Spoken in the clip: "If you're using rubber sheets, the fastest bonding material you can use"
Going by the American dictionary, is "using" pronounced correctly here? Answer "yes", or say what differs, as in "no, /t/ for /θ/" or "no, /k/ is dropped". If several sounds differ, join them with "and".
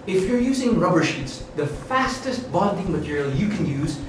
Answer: yes